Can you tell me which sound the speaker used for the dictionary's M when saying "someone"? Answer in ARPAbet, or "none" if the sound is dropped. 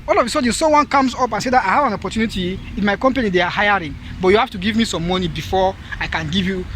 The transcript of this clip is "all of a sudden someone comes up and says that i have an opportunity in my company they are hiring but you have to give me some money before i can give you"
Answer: none